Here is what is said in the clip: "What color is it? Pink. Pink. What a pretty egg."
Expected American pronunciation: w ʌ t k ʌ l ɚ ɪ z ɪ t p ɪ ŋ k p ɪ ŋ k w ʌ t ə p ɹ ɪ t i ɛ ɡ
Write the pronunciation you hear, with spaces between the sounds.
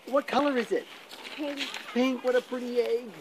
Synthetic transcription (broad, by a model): w ʌ t k ʌ l ɚ ɪ z ɪ t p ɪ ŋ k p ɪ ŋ k w ʌ t ə p ɹ ɪ t i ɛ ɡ